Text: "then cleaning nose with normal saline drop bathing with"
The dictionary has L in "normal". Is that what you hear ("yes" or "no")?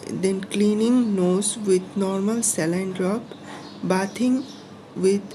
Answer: yes